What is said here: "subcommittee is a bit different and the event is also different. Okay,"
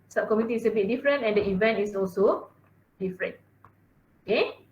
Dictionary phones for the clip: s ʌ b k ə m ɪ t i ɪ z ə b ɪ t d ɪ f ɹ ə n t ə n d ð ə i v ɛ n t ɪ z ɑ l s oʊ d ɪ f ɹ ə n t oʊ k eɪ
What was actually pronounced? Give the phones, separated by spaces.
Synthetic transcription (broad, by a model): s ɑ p k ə m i t i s ə b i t d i f ɹ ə n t ə n d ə i v ɛ n t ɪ s ɑ l s oʊ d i f ɹ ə n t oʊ k eɪ